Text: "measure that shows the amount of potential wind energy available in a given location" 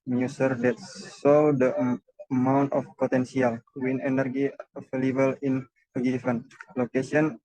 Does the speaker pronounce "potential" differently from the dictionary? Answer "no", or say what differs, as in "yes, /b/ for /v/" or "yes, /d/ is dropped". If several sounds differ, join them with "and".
yes, /s/ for /ʃ/